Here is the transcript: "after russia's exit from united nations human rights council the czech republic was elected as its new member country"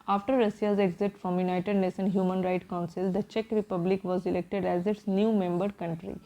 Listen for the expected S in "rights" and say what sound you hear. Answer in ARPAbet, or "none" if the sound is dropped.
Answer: none